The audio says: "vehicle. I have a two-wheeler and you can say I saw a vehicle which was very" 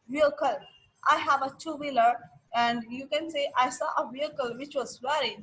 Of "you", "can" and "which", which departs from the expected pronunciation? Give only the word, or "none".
none